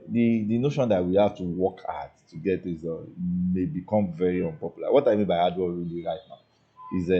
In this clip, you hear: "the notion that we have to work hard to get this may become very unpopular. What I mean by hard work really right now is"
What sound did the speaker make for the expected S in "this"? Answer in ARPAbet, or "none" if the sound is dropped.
none